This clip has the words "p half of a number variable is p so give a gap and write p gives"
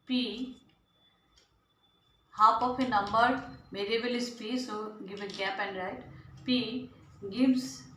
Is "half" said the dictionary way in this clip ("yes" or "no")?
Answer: no